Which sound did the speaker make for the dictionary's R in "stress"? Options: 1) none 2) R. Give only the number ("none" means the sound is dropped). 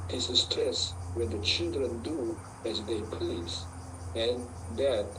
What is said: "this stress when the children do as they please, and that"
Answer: 1